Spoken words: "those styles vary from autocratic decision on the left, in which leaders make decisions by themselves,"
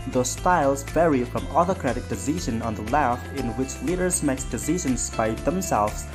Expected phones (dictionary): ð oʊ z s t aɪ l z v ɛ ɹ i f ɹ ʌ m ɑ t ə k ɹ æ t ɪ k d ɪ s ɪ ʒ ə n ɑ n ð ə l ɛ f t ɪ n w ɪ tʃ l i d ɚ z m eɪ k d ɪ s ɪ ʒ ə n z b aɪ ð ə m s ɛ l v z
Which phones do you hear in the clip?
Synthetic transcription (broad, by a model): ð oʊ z s t aɪ l z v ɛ ɹ i f ɹ ʌ m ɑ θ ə k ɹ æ t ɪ k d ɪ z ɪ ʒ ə n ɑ n ð ə l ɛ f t ɪ n w ɪ tʃ l i d ɚ z m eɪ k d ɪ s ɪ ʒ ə n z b aɪ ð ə m s ɛ l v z